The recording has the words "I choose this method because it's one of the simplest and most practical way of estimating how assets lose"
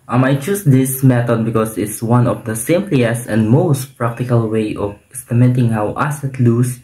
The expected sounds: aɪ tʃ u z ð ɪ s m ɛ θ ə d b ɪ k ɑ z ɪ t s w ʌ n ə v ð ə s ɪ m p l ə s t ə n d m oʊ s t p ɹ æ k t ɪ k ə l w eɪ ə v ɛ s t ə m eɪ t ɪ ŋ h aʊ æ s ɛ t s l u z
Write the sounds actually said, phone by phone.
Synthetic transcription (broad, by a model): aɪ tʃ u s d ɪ s m ɛ t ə d b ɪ k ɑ s ɪ t s w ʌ n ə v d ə s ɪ m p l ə s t ə n d m oʊ s t p ɹ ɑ k t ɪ k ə l w eɪ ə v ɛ s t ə m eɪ t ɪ ŋ h aʊ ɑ s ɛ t l u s